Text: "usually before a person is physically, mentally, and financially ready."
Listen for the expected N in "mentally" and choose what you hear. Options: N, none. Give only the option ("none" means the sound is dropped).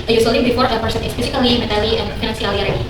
none